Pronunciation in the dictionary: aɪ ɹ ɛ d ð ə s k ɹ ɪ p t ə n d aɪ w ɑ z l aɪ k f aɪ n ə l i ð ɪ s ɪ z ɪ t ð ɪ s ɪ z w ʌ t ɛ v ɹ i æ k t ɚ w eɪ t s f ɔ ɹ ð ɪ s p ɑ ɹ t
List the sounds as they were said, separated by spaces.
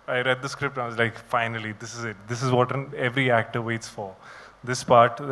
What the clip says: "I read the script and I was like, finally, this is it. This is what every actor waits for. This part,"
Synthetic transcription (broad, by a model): aɪ ɹ ɛ d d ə s k ɹ ɪ p t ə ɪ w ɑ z l aɪ k f aɪ n ə l i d ɪ s ɪ z ɪ t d ɪ s ɪ z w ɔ t ɛ v ɹ i æ k t ɚ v eɪ t s f ɔ ɹ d ɪ s p ɑ ɹ t